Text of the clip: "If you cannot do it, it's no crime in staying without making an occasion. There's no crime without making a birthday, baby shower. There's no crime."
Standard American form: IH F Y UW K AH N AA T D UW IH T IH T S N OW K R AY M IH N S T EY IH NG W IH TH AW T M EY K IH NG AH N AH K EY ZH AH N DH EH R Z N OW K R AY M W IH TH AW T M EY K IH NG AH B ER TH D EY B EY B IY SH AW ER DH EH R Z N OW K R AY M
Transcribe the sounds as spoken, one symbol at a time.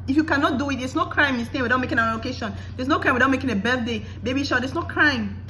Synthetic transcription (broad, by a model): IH F Y UW K AH N AA T D UW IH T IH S N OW K R AY M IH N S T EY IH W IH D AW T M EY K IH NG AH L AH K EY SH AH N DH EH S N OW K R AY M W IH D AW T M EY K IH NG AH B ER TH D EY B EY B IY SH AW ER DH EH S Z N OW K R AY M